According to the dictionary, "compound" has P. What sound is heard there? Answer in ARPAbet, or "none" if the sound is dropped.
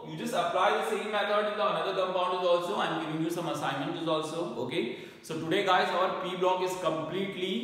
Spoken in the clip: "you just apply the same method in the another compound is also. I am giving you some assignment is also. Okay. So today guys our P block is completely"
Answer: B